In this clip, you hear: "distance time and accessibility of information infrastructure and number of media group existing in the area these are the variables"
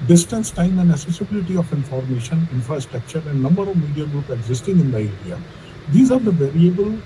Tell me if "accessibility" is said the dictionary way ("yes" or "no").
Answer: no